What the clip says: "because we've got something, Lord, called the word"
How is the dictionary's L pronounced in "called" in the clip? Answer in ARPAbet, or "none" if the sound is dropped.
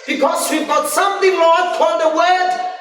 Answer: none